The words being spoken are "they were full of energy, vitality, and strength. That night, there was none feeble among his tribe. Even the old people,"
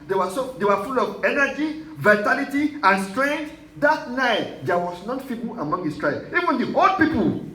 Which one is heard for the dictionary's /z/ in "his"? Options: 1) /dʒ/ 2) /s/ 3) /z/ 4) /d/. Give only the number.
2